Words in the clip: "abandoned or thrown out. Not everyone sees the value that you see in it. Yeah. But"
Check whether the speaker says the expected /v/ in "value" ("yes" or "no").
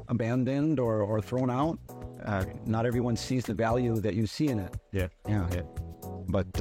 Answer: yes